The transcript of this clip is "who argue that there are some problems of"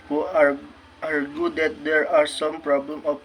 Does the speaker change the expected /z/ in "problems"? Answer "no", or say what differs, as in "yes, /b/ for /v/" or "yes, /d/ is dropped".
yes, /z/ is dropped